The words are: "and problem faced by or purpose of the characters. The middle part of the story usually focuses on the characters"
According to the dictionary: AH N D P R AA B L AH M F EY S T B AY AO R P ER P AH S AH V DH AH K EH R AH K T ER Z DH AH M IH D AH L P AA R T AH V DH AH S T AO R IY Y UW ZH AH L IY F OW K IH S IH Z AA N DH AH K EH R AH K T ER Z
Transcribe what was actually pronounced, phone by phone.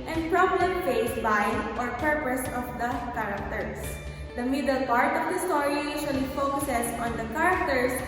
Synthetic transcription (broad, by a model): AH N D P R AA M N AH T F EY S B AY AO R P ER P AH S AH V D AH K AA R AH K T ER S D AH M IH D AH L P AA R T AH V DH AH S T AO R IY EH SH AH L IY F OW K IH S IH S AA N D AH K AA R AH K T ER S